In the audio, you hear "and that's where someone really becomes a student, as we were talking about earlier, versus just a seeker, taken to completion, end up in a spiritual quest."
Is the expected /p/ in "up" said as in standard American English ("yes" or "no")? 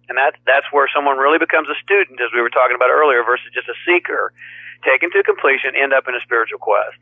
yes